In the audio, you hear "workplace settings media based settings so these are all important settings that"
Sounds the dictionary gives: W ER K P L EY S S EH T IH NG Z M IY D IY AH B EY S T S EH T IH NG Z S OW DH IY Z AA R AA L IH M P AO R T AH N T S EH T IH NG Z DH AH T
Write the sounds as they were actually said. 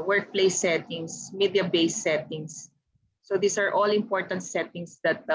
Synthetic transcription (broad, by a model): W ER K P L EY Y S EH T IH NG S M IY D IY AH B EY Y S EH T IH NG S OW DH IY S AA R AA L IH M P AO R T AH N T S EH T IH NG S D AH T